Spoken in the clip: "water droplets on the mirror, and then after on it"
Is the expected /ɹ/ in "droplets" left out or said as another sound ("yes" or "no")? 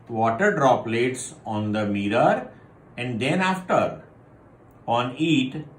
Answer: no